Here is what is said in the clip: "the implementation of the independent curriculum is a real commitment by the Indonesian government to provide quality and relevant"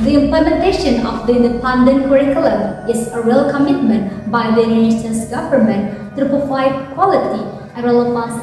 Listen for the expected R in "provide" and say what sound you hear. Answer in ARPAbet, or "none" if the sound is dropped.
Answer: none